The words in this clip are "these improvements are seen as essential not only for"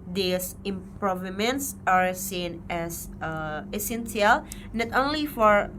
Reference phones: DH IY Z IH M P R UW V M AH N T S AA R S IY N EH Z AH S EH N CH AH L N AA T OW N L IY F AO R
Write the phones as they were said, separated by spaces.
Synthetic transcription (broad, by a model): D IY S IH M P R UW V M AH N T S AA R S IY N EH S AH S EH N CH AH L N AA T OW N L IY F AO R